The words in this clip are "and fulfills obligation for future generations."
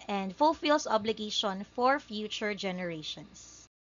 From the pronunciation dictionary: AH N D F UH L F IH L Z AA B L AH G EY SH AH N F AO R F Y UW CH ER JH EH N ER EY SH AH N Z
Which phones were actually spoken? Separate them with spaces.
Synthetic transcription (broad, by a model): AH N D F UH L F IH L S AA B L AH G EY SH AH N F AO R F Y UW CH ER JH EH N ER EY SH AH N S